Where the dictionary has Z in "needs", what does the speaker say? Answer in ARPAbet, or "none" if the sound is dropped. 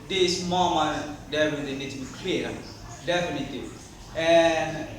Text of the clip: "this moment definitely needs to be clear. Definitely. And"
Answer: none